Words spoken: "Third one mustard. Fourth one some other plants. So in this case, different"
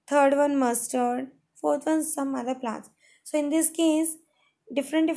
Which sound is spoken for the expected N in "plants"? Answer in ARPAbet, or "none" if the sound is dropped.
none